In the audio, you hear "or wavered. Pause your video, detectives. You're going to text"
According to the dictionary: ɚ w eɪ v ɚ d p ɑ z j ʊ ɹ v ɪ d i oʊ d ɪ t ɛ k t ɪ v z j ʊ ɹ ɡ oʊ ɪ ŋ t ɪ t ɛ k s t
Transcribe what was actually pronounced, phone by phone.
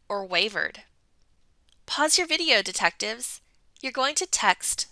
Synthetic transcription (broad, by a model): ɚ w eɪ v ɚ d p ɑ z j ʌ ɹ v ɪ d i oʊ d ɪ t ɛ k t ɪ v z j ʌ ɹ ɡ oʊ ɪ ŋ t ɪ t ɛ k s t